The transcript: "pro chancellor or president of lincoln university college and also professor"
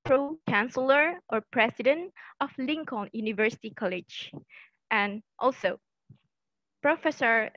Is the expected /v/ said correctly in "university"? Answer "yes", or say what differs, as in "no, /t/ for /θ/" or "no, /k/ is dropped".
yes